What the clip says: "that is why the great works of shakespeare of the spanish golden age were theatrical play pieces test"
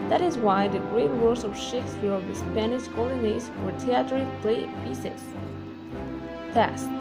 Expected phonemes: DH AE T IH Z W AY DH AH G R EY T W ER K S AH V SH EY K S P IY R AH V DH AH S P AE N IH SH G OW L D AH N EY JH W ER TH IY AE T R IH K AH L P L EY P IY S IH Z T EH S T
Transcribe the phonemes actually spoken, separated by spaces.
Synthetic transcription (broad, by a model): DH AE T IH Z W AY DH AH G R EY T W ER S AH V SH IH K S F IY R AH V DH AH S P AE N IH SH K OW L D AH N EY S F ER T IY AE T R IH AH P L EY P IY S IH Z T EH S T